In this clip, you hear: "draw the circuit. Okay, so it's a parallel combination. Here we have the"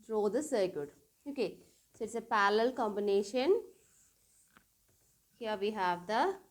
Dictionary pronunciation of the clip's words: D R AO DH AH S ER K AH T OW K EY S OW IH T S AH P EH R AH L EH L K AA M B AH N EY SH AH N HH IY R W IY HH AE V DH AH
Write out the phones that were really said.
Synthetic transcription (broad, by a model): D R AO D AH S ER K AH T OW K EY S OW IH T S AH P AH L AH L K AA M B AH N EY SH AH N HH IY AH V IY HH AE V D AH